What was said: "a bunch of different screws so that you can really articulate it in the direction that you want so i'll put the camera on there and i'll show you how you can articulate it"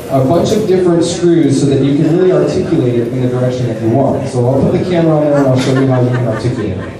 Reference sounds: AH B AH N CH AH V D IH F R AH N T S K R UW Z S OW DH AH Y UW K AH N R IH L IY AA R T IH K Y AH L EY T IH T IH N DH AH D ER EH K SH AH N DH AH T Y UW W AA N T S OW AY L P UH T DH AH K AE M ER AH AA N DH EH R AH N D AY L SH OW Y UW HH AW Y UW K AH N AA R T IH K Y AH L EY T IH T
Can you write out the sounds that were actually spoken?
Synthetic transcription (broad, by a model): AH B AH N CH AH V D IH F R AH N T S K R UW Z S OW DH AH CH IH K AH N R IH L IY AA R T IH K Y AH L EY T IH T IH N DH AH D ER EH K SH AH N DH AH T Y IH W AA N T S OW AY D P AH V DH AH K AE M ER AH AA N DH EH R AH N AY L SH OW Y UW HH AW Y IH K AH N AA R T IH K Y AH L EY T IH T